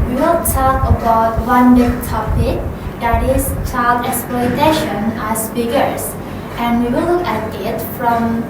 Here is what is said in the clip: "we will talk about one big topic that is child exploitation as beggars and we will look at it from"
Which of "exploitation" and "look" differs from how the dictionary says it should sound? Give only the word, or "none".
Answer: none